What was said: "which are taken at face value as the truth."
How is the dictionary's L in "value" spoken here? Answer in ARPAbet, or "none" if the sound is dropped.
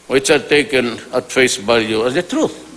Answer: none